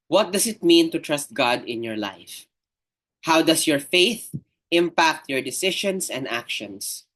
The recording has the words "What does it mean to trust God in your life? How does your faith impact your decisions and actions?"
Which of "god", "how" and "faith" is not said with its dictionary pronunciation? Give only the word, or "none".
none